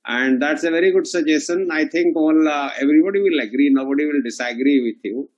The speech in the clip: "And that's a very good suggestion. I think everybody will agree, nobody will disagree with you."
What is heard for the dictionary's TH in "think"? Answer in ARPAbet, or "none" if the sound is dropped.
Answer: T